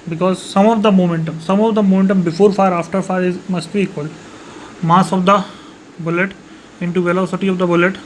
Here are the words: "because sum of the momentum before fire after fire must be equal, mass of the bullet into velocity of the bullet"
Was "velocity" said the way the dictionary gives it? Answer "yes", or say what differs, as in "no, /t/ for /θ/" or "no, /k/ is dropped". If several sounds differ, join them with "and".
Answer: yes